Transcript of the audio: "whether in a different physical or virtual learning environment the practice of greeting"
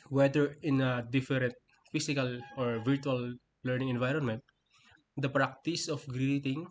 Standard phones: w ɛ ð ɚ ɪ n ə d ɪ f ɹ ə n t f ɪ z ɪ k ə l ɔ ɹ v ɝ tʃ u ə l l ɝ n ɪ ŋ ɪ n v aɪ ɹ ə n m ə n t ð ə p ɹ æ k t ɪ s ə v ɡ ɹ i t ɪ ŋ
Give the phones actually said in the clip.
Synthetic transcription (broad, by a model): w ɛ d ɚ ɪ n ə d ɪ f ɹ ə n t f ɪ s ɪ k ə l ɔ ɹ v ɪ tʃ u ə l l ɝ n ɪ ŋ ɪ n v aɪ ɹ ə n m ə n t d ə p ɹ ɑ k t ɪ s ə f ɡ ɹ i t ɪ ŋ